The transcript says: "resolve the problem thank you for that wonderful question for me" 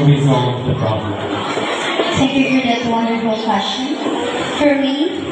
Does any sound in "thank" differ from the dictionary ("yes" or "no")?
yes